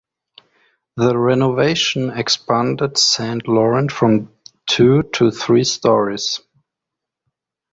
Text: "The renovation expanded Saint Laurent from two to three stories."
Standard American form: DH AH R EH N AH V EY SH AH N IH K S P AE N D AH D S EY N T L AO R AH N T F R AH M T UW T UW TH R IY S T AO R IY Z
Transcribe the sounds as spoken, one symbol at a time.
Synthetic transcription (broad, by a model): DH AH R EH N AH V EY SH AH N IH K S P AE N D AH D S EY N T L AO R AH N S F R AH M T UW T UW TH R IY S T AO R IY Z